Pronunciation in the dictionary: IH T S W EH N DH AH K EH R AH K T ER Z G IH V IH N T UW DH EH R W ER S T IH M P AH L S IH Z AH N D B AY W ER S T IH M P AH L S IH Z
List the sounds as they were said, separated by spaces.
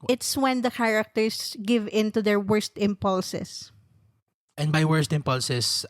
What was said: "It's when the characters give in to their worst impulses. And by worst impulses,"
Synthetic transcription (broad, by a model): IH T S W EH N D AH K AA R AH K T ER S G IH V IH N T UW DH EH R W ER S T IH M P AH L S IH S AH N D B AY W ER S T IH M P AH L S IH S